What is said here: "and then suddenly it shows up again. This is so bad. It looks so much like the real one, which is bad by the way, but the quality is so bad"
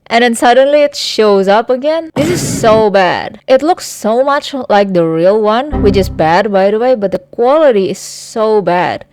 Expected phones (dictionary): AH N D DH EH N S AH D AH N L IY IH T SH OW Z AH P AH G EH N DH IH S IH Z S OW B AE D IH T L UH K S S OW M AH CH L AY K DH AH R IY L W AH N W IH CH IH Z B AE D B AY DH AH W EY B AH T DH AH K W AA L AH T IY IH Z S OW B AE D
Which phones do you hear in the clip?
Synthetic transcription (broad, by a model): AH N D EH N S AH D AH N L IY IH T SH OW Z AH P AH G EH N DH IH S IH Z S OW B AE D IH T L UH K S S OW M AH CH L AY K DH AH R IY L W AH N W IH CH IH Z B AE D B AY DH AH W EY B AH T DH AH K W AA L AH T IY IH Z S OW B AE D